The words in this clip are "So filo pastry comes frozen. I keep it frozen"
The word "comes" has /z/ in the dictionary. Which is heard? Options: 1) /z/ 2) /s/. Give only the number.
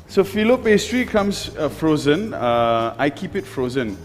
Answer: 2